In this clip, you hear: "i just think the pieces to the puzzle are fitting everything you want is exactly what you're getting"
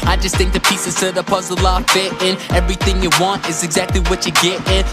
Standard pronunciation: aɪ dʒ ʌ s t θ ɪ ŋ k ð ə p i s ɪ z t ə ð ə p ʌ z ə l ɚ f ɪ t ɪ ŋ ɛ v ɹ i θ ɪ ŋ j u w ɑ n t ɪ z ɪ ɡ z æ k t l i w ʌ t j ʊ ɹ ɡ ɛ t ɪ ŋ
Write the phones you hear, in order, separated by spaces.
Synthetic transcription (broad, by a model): aɪ dʒ ʌ s t θ ɪ ŋ k ð ə p i s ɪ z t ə ð ə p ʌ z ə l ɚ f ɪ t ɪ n ɛ v ɹ i θ ɪ ŋ j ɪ w ɑ n t ɪ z ɪ ɡ z æ k t l i w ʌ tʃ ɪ ɡ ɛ t ɪ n